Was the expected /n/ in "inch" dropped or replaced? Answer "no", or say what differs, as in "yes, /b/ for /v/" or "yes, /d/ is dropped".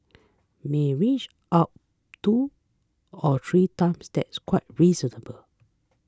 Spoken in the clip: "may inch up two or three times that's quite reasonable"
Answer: yes, /n/ is dropped